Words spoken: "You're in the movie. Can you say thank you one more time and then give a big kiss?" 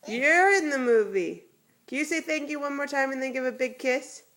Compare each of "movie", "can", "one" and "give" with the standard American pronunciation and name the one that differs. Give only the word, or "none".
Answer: none